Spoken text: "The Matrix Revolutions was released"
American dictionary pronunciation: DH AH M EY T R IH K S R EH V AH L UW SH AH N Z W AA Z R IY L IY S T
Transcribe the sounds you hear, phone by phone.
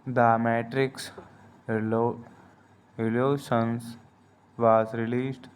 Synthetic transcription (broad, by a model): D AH M EY T R IH K S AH L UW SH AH N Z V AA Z R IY L IY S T